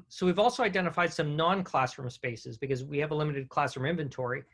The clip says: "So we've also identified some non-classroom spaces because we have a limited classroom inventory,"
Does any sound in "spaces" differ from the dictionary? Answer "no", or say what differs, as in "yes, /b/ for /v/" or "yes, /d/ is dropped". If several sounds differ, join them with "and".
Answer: no